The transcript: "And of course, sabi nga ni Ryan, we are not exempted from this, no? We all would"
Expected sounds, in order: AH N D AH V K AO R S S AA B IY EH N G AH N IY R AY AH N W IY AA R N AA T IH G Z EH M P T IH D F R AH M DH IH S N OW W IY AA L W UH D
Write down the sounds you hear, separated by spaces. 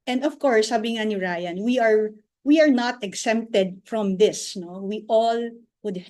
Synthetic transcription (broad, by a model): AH N D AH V K AO R S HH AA B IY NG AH N IY R AY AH N W IY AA R N AA T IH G S EH M P T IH D F R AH M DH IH S N OW W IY AA L W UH D